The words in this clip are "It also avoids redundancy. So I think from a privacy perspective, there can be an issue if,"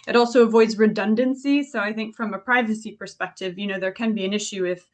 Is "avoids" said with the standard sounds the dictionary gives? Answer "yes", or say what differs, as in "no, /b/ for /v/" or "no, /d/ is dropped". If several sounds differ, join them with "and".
yes